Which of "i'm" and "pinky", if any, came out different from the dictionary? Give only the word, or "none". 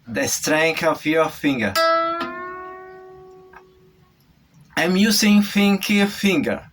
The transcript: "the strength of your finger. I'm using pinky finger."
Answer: pinky